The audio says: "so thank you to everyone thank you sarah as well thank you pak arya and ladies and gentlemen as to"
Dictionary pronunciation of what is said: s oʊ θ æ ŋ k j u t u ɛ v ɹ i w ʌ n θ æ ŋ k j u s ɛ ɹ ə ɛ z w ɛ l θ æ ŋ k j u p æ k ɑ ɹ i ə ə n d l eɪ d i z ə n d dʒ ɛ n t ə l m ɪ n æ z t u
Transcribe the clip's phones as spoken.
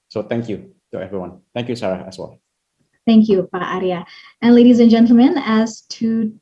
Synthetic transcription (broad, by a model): s oʊ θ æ ŋ k j u t u ɛ v ɹ i w ʌ n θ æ ŋ k j u s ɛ ɹ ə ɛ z w ɛ l θ æ ŋ k j u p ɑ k ɑ ɹ i ə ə n l eɪ d i z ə n dʒ ɛ n t l m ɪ n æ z t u